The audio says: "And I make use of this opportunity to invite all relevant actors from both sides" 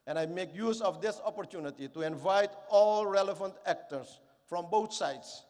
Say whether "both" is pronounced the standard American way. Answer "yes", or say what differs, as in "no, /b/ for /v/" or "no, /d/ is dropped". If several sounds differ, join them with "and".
no, /t/ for /θ/